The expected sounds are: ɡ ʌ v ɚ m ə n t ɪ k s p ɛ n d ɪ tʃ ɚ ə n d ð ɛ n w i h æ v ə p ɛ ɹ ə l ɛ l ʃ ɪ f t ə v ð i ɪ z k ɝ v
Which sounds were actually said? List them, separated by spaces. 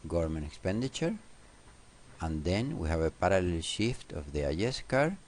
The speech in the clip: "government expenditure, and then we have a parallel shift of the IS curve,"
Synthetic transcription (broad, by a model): ɡ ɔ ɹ m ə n ɪ k s p ɛ n d ɪ tʃ ɚ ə n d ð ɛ n w i h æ v ə p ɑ ɹ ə l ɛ l ʃ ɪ f t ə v ð i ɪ s k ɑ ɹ